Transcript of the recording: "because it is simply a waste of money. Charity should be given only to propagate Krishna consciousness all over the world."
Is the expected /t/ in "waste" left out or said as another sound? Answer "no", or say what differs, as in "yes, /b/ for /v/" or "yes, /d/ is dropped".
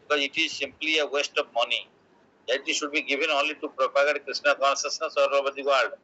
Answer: no